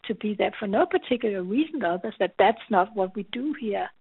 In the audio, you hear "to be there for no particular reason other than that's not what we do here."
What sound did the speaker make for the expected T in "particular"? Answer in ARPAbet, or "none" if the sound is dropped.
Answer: T